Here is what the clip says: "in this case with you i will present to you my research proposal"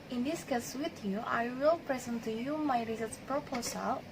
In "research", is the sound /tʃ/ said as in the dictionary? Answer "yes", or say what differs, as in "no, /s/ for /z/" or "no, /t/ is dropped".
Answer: no, /s/ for /tʃ/